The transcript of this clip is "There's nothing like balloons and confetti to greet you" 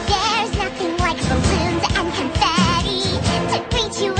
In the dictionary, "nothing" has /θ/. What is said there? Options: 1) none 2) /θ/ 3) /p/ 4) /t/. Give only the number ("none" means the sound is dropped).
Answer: 2